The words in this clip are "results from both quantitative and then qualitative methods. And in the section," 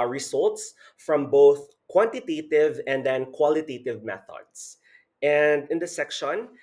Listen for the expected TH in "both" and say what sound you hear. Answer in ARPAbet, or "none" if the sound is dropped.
TH